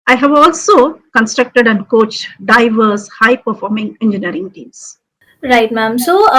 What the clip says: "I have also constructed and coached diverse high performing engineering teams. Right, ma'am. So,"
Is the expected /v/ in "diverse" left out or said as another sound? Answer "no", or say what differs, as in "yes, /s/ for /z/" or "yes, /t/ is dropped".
no